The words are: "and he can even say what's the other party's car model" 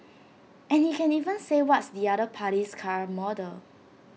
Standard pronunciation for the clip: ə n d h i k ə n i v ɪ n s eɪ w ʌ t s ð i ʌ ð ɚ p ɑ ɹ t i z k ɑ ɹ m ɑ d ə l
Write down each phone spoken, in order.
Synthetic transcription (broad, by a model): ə n h i k ə n i v ɪ n s eɪ w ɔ t s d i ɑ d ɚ p ɑ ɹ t i s k ɑ ɹ m ɑ d ə l